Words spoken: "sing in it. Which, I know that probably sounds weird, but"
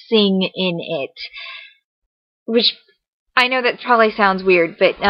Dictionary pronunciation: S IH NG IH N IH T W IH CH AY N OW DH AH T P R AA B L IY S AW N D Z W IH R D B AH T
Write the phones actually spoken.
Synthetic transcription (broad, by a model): S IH NG IH N IH T W IH CH AY N OW DH AH T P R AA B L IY S AW N D Z W IH R D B AH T